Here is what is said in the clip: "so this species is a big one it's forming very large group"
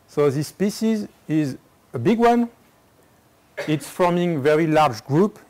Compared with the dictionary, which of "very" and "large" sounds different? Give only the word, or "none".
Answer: none